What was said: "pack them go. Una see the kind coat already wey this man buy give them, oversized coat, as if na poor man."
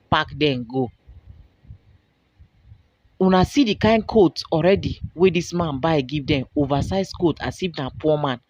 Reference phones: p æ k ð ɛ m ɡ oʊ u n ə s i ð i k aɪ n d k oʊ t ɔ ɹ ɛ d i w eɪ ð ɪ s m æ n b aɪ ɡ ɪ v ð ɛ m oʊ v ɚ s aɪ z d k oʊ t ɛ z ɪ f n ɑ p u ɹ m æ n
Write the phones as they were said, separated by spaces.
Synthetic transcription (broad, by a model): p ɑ k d ɛ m ɡ oʊ u n ə s i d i k aɪ n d k oʊ t ɔ ɹ ɛ d i w eɪ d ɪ s m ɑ n b aɪ ɡ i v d ɛ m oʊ v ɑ s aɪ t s k oʊ t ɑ s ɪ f n ɑ p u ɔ m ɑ n